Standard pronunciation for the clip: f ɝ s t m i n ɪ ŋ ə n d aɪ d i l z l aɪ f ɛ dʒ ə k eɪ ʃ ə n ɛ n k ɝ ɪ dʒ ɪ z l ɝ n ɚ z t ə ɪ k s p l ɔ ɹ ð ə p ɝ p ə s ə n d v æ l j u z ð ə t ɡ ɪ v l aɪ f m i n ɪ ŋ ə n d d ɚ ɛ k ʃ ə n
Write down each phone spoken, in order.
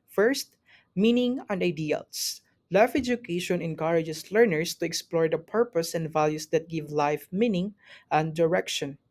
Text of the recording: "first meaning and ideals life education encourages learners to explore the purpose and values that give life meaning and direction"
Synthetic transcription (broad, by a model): f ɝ s t m i n ɪ ŋ ə n d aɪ d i l s l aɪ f ɛ dʒ ə k eɪ ʃ ə n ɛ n k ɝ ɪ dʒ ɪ s l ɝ n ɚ s t ə ɪ k s p l ɔ ɹ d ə p ɝ p ə s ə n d v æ l j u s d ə t ɡ ɪ v l aɪ f m i n ɪ ŋ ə n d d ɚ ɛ k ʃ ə n